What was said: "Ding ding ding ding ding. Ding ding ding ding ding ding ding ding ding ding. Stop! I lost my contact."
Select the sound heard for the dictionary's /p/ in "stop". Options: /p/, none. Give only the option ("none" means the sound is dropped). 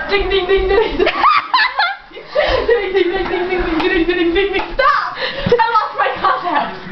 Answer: none